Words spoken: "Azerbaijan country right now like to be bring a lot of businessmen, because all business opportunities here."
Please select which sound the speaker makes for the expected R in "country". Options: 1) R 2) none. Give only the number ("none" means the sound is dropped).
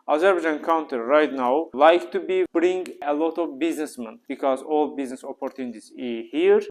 2